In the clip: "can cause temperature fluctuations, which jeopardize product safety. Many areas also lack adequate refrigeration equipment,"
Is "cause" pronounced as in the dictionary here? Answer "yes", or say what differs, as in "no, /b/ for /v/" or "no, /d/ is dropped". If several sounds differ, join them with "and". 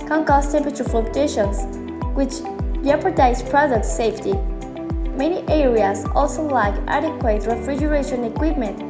no, /s/ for /z/